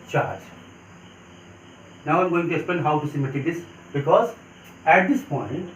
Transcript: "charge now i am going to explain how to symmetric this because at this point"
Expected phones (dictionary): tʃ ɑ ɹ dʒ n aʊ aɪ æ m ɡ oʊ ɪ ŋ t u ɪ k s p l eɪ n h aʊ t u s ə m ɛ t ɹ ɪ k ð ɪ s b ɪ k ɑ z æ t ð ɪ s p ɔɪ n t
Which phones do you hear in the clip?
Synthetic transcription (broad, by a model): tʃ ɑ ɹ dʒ n aʊ aɪ m ɡ oʊ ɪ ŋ t u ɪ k s p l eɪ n h aʊ t u s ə m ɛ t ɪ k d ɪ s b ɪ k ɑ z æ t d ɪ s p ɔɪ n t